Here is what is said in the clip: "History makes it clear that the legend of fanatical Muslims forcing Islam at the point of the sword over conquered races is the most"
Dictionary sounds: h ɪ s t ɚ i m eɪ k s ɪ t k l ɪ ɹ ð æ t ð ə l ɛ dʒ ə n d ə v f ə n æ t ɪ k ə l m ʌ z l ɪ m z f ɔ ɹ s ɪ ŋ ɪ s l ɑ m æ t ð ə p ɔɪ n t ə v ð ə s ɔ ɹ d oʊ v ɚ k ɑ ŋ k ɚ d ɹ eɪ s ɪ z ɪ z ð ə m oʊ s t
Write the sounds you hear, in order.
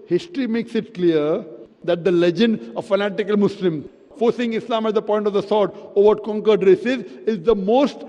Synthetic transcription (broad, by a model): h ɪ s t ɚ i m eɪ k s ɪ t k l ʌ ɹ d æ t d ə l ɛ dʒ ə n d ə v f ə n æ t ɪ k ə l m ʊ s l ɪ m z f ɔ ɹ s ɪ ŋ ɪ s l ɑ m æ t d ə p ɔɪ n t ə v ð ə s ɔ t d oʊ v ɚ k ɑ ŋ k ɚ d ɹ eɪ s ɪ z ɪ z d ə m oʊ s t